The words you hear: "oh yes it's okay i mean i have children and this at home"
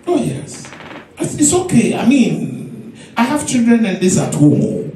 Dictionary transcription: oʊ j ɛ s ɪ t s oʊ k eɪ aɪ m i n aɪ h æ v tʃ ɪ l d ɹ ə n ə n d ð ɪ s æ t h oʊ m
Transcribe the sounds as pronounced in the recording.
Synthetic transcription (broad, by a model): oʊ j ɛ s ɪ t s oʊ k eɪ aɪ m i n aɪ h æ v tʃ ɪ l d ɹ ə n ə n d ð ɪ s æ t h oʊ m